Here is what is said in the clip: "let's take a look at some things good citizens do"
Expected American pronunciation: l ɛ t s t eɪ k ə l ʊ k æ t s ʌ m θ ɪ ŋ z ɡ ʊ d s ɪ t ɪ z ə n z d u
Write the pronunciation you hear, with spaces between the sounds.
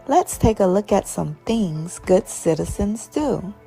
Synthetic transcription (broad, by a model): l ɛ t s t eɪ k ə l ʊ k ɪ t s ʌ m θ ɪ ŋ z ɡ ʊ d s ɪ t ɪ z ə n z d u